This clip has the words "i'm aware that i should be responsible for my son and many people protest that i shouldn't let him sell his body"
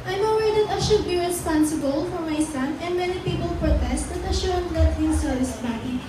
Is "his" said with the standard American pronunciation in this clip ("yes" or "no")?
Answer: no